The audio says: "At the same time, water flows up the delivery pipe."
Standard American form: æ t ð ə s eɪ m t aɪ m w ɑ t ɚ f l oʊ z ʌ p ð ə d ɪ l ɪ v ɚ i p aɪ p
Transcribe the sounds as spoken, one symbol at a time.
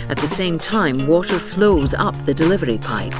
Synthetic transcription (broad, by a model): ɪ t ð ə s eɪ m t aɪ m w ɑ t ɚ f l oʊ z ʌ p ð ə d ɪ l ɪ v ɚ i p aɪ p